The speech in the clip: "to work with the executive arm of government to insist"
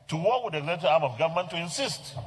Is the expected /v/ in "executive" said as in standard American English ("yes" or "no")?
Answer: no